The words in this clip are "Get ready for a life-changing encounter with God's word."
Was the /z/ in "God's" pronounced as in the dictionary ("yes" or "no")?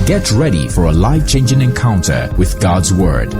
yes